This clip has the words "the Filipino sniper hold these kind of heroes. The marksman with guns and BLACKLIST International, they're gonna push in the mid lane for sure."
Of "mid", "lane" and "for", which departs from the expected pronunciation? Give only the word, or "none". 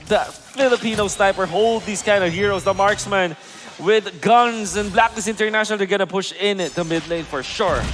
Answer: none